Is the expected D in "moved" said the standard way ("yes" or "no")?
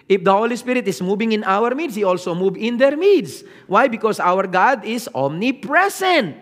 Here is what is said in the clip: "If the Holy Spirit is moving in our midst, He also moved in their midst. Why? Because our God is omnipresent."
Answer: no